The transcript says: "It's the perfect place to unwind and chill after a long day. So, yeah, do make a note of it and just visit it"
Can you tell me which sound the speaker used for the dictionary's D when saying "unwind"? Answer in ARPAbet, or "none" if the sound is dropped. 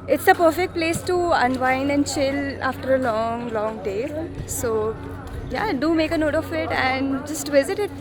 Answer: none